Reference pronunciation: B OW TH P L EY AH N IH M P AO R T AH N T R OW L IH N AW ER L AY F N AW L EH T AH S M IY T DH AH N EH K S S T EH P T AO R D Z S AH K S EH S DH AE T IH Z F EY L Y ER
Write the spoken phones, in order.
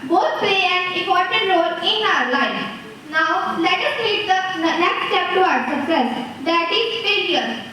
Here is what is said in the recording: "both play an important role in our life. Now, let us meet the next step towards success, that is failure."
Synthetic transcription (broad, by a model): B OW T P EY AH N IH P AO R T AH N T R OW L IH N AW ER L AY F N AW L EH T AH S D IY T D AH N EH K S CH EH P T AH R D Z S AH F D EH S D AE T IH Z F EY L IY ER